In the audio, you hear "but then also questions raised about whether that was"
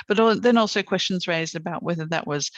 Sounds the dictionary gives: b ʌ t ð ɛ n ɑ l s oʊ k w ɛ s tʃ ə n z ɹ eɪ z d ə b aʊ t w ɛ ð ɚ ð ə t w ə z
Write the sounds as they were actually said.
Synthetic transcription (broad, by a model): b ʌ t ð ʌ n ɑ l s oʊ k w ɛ s tʃ ə n z ɹ eɪ z d ə b aʊ t w ɛ ð ɚ ð ə t w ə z